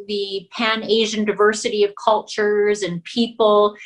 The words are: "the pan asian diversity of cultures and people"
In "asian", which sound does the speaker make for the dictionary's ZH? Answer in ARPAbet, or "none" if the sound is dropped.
ZH